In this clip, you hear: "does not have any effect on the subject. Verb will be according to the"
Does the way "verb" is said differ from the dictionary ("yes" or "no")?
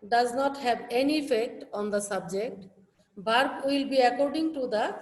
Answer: yes